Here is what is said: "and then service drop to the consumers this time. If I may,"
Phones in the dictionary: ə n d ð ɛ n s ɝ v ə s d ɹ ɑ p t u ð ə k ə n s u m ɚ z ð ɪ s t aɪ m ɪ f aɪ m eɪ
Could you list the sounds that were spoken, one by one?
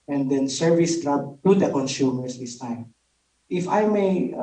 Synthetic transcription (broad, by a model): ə n d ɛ n s ɝ v ə s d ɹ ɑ b t u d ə k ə n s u m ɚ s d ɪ s t aɪ m ɪ f aɪ m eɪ